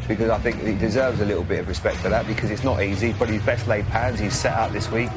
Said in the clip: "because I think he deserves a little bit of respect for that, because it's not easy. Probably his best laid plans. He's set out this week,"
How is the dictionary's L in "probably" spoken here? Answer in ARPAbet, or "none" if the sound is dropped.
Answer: none